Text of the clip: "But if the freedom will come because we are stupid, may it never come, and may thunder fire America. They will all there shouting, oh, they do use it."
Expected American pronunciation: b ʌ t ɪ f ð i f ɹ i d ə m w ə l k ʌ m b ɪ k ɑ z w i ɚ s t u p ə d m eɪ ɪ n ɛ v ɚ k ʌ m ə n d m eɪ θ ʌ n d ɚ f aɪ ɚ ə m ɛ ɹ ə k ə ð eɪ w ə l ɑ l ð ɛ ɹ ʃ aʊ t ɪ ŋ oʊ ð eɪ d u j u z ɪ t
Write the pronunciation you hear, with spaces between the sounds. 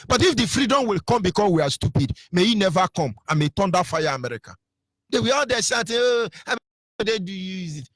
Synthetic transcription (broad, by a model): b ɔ t ɪ f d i f ɹ i d ə m w ə l k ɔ m b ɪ k ɑ s w i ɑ s t u p ə d m eɪ ɪ n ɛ v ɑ k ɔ m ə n m eɪ t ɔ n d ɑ f aɪ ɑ ə m ɛ ɹ ə k ə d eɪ w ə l ɑ l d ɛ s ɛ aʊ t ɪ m oʊ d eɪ d u j u z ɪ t